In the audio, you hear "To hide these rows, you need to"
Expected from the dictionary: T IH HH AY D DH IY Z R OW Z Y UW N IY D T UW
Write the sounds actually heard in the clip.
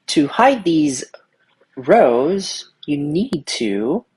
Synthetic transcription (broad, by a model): T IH HH AY D DH IY Z R OW Z Y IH N IY D T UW